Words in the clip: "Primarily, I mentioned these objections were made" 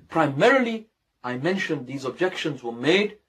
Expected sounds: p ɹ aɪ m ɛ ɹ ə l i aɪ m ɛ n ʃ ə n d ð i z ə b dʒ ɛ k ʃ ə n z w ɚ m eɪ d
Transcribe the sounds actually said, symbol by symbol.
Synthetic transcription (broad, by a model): p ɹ aɪ m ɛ ɹ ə l i aɪ m ɛ n ʃ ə n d ð i z ə b dʒ ɛ k ʃ ə n z w ɚ m eɪ d